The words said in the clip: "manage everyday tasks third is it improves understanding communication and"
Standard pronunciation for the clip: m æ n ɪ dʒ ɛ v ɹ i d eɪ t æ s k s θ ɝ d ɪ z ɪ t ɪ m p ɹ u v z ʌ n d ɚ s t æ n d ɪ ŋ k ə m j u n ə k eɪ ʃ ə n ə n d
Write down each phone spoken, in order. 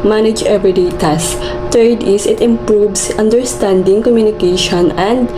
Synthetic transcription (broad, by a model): m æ n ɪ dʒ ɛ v i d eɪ t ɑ s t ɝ d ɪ s ɪ t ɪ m p ɹ u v s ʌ n d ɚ s t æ n d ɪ ŋ k ə m j u n ə k eɪ ʃ ə n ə n d